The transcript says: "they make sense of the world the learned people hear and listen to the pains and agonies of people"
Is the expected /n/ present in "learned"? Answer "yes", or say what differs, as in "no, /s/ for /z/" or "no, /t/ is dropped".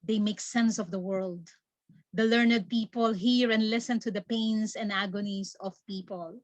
yes